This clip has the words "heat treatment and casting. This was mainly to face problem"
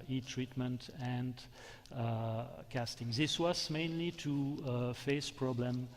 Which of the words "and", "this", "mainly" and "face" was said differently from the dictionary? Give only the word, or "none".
none